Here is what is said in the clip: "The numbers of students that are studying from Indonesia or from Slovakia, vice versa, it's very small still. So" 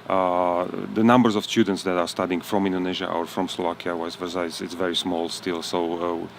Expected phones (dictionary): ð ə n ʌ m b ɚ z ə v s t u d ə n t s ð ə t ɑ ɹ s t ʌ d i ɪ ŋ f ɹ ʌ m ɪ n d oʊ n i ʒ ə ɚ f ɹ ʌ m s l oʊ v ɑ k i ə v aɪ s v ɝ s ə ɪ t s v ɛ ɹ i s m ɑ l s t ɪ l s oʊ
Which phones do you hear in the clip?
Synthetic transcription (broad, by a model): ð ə n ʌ m b ɚ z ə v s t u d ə n t s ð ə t ɑ ɹ s t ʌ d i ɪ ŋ f ɹ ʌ m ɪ n d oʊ n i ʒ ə ɚ f ɹ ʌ m s l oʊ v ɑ k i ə w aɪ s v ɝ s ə ɪ t s v ɛ ɹ i s m ɑ l s t ɪ l s oʊ